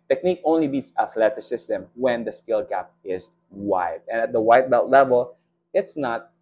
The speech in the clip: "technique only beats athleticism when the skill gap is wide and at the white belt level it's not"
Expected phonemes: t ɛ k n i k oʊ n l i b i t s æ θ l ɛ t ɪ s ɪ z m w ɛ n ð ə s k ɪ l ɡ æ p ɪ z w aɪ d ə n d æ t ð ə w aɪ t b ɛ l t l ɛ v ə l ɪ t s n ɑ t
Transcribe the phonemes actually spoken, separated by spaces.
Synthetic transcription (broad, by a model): t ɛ k n i k oʊ n l i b i t s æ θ l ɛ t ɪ s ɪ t m w ɛ n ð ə s k ɪ l ɡ æ p ɪ z w aɪ d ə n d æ t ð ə w aɪ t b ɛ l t l ɛ v ə l ɪ t s n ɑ t